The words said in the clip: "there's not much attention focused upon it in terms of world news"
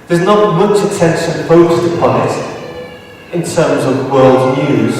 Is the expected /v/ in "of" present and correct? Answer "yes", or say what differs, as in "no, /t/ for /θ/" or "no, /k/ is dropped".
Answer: yes